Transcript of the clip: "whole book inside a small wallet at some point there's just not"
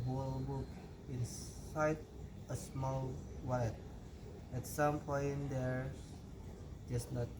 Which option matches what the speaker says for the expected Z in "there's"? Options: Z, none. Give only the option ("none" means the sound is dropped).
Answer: none